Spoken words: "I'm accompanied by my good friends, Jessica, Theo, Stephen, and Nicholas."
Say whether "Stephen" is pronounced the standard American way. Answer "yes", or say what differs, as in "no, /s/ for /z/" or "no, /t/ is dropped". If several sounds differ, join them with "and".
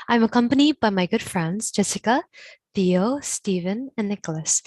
yes